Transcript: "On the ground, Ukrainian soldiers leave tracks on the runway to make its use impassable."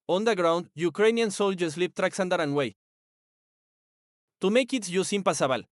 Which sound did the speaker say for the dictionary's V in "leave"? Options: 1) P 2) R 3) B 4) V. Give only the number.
1